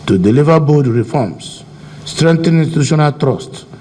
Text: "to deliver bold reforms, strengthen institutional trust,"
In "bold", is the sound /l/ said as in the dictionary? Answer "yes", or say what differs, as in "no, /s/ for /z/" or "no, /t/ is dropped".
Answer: no, /l/ is dropped